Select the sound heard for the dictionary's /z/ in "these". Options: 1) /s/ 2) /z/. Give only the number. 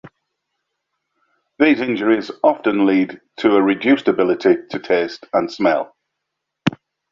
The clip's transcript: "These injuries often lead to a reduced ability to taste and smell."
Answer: 2